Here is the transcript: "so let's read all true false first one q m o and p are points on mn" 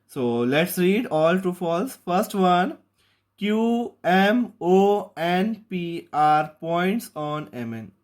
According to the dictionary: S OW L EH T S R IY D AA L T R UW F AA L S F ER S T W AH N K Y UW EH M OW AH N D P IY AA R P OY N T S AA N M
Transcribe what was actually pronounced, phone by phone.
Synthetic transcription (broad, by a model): S OW L EH T S R IY D AA L T UW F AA L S F ER S T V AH N K Y UW EH M OW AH N P IY AA R P OY N T S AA N M